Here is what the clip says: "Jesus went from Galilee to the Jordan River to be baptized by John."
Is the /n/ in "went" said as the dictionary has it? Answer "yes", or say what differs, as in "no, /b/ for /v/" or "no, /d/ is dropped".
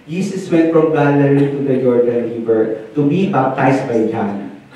no, /n/ is dropped